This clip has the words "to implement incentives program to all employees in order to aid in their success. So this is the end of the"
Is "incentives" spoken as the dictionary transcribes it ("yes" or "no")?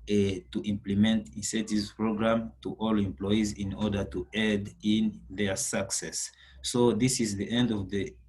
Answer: no